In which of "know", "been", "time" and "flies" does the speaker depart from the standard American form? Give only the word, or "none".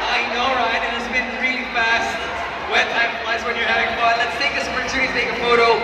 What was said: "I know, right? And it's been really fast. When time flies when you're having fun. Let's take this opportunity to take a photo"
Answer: flies